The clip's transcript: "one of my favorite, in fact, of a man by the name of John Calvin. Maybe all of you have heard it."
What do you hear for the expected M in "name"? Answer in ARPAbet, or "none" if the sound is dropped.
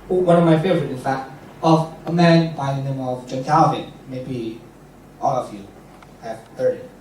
M